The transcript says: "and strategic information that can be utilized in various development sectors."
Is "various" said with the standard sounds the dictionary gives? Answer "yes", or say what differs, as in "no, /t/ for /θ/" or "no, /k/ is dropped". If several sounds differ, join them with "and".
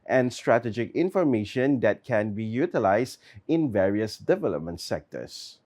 yes